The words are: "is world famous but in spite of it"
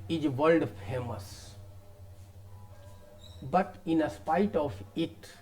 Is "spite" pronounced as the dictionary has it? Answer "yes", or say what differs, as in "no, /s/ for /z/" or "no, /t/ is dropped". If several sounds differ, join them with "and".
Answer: yes